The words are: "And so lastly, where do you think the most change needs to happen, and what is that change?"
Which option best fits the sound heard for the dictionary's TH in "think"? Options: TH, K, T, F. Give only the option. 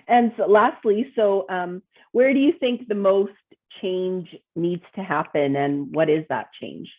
TH